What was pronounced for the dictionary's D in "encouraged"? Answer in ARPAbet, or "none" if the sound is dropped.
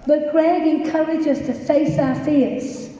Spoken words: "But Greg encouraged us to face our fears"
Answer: none